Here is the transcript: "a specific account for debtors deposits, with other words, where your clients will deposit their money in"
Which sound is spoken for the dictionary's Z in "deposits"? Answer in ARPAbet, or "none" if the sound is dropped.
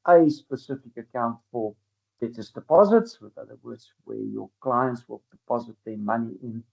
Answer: Z